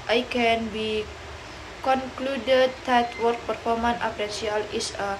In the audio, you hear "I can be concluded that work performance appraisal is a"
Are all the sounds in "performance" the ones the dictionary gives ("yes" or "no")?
no